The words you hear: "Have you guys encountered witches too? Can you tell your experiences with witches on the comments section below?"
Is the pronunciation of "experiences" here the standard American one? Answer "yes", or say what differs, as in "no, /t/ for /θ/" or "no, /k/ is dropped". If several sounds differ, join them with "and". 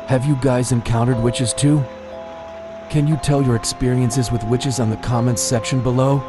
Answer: yes